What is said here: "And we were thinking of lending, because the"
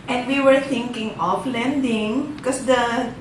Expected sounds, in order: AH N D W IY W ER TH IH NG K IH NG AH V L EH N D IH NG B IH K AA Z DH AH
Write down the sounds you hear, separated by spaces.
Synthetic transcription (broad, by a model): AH N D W IY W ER T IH NG K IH NG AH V L EH N D IH NG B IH K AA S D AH